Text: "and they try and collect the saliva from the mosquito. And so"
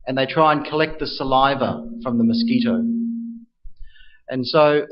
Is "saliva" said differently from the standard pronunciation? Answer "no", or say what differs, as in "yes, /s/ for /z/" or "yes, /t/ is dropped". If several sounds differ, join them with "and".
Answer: no